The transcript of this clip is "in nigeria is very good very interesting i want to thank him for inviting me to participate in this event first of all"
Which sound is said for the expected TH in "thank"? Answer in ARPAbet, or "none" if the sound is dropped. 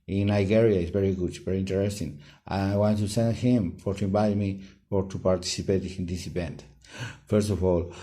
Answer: S